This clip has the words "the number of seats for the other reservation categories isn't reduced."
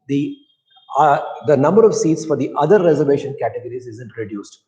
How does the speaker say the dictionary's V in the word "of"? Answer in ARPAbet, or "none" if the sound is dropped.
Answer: V